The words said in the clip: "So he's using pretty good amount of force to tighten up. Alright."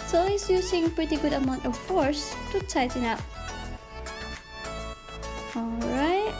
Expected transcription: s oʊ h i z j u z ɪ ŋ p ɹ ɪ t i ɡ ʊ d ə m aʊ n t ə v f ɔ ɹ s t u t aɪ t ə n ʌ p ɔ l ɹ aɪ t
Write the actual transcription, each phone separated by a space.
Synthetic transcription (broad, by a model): s oʊ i s j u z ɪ ŋ p ɹ ɪ t i ɡ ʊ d ə m aʊ n t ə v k ɔ ɹ s t u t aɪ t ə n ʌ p ɔ l ɹ aɪ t